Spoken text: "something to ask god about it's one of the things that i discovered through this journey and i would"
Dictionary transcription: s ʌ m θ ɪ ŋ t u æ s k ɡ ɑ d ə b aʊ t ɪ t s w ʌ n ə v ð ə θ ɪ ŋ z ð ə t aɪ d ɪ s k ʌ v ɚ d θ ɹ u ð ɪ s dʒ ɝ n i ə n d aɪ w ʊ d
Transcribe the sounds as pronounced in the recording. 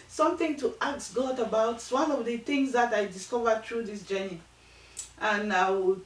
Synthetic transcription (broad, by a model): s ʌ m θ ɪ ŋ t u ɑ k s ɡ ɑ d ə b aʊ ɪ t s w ʌ n ə v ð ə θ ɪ ŋ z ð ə t aɪ d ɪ s k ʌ v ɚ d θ ɹ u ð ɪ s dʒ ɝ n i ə n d aɪ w